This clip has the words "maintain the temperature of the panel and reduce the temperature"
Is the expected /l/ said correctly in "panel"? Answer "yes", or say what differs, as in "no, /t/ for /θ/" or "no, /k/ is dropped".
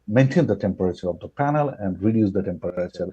yes